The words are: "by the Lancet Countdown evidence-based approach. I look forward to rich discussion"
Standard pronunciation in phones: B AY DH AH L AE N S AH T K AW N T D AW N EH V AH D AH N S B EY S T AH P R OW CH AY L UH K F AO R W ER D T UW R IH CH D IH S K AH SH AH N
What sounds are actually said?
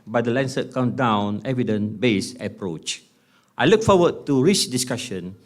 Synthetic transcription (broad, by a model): B AY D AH L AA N S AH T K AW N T D AW N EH V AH D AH N B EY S AH P R OW CH AY L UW K F AO W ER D T UW R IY CH D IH S K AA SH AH N